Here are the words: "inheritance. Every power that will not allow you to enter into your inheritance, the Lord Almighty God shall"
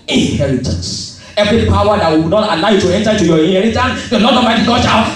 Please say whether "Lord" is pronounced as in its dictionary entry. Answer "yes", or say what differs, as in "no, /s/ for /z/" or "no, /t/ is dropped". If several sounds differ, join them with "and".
no, /n/ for /l/